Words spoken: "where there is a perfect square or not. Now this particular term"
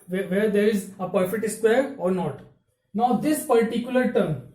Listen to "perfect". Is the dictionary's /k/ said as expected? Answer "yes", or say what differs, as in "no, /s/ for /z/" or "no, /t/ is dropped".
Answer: no, /k/ is dropped